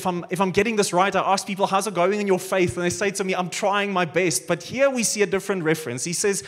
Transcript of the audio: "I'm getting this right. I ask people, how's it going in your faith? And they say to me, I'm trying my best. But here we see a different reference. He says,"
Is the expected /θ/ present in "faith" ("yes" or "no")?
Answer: yes